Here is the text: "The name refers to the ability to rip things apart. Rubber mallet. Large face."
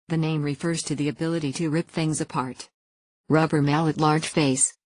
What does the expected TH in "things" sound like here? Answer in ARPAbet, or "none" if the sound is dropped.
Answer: TH